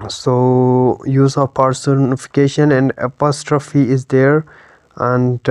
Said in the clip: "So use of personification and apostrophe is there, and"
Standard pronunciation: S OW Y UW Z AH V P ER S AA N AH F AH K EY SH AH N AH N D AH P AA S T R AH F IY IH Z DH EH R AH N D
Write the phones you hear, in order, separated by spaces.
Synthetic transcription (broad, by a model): S OW Y UW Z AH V P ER S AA N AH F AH K EY SH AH N AH N D AH P AA S T R AH F IY IH Z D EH R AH N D